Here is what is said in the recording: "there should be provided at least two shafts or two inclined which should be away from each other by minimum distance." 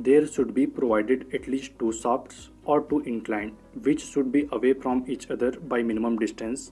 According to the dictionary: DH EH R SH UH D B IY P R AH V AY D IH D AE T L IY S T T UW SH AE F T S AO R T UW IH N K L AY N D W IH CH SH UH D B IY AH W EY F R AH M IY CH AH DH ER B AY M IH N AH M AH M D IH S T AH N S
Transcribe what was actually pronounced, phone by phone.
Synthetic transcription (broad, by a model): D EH R SH UH D B IY P R AH V AY D IH D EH T L IY S T T UW S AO P T S AO R T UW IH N K L AY N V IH CH SH UH D B IY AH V EY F R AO M IY CH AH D ER B AY M IH N AH M AH M D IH S T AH N S